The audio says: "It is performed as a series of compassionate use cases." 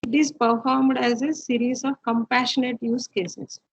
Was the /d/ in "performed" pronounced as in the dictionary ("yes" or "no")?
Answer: yes